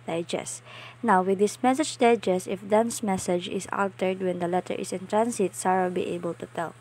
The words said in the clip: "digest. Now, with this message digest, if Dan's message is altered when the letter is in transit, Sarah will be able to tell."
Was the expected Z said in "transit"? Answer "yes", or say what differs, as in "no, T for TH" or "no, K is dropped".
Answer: no, S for Z